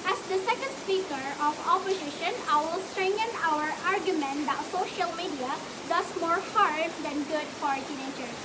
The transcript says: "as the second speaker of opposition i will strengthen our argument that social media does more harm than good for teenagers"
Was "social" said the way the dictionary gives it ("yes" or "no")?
yes